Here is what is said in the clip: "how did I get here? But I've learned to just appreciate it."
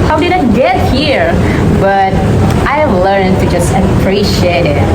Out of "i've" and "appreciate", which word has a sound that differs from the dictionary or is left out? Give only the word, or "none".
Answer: none